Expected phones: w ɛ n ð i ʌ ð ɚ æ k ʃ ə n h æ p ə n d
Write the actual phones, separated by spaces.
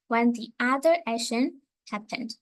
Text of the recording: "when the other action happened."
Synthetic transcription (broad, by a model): w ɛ n ð i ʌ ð ɚ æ ʃ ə n h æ p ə n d